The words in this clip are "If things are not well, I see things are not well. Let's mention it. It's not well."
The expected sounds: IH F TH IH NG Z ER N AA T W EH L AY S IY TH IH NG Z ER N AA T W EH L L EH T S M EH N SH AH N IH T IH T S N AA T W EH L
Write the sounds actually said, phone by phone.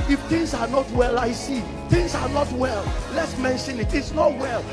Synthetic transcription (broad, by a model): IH F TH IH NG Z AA N AA T W EH L AY S IY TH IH NG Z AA N AA T W EH L L EH T S M EH N SH AH N IH T IH T S N AA T W EH L